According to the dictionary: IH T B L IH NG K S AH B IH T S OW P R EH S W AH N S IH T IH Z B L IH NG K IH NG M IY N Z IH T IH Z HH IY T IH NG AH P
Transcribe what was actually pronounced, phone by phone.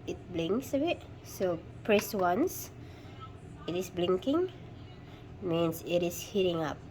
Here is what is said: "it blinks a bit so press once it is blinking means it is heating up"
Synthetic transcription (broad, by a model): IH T B L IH NG K S AH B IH T S OW P R EH S W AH N S IH T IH S B L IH NG K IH NG M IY N S IH T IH S HH IY T IH NG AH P